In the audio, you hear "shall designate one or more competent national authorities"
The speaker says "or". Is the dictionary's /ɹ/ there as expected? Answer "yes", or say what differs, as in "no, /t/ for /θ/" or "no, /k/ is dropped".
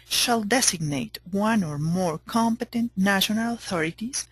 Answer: yes